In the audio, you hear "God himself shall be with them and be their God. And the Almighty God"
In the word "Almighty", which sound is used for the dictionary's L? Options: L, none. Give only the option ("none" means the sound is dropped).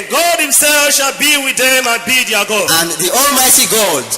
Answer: L